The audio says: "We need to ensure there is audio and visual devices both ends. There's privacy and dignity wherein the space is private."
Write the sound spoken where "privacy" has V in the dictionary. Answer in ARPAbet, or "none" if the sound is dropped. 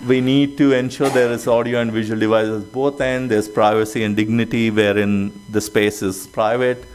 V